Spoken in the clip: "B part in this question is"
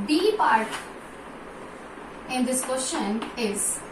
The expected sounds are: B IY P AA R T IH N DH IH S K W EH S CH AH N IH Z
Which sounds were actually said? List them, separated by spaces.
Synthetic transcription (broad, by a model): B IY P AA R T IH N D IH S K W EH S SH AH N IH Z